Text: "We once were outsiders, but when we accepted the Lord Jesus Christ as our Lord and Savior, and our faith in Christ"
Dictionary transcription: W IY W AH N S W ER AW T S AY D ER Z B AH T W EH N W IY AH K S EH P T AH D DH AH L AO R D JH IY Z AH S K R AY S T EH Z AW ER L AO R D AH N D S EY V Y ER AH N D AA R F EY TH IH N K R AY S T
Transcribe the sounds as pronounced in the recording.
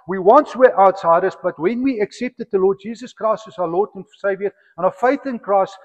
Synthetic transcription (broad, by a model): W IY W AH N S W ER AW T S AY D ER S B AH T W EH N W IY AH K S EH P T AH D DH AH L AO D JH IY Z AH S K R AY S T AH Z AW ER L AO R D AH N S EY V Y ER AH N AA F EY TH IH N K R AY S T